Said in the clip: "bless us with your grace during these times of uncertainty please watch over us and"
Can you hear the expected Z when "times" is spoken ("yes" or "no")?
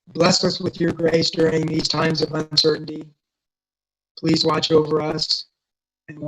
yes